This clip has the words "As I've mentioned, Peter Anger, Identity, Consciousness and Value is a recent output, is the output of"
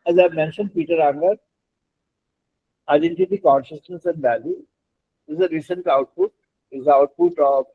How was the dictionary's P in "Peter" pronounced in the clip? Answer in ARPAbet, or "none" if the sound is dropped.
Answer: P